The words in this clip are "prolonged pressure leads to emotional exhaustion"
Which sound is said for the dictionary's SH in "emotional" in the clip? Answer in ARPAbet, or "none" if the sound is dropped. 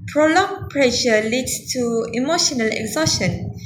SH